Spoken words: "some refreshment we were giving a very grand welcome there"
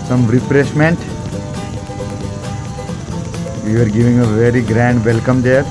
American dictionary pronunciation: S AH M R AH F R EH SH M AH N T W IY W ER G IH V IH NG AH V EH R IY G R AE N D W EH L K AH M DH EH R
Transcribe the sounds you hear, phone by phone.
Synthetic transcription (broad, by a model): S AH M R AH P R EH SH M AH N T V IY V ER G IH V IH NG AH V EH R IY G R AE N D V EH L K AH M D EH R